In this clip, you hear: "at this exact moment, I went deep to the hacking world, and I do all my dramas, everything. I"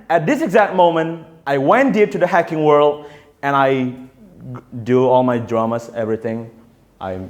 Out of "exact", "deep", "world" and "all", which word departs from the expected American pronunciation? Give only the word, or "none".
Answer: none